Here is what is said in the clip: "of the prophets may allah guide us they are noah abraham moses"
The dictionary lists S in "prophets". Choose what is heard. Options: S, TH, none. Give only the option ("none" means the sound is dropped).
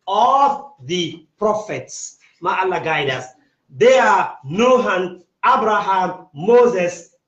S